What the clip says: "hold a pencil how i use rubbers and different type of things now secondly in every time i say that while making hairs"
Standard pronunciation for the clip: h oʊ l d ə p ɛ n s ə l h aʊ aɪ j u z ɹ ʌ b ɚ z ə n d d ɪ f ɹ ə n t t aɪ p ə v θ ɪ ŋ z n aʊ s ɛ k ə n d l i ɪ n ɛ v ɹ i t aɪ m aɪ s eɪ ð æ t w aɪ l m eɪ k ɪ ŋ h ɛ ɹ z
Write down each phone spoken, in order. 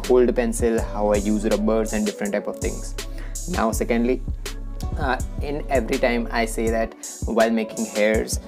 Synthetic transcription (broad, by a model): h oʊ l d p ɛ n s ə l h aʊ aɪ j u z ɹ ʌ b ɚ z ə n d d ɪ f ɹ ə n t t aɪ p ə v t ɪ ŋ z n aʊ s ɛ k ə n d l i ɪ n ɛ v ɹ i t aɪ m aɪ s eɪ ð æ t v aɪ l m eɪ k ɪ ŋ h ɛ ɹ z